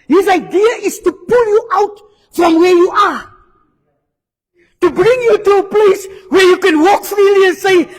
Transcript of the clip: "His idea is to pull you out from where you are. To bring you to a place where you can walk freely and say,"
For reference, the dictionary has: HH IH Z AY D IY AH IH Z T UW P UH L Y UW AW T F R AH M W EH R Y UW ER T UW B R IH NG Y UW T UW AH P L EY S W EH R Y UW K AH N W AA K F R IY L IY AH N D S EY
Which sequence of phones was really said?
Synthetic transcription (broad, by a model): HH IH Z AY D IY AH IH Z T UW P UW L Y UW AW T F R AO M W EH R Y UW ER T UW B R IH NG Y UW T UW AH P L EY S W EH R Y UW K AH N W AA K F R IY L IY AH N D S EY